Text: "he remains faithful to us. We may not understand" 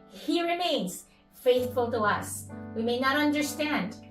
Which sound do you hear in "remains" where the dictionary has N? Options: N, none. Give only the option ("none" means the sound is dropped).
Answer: none